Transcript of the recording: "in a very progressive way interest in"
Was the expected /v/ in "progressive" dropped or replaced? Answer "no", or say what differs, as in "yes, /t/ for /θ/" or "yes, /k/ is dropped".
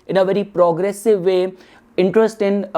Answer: no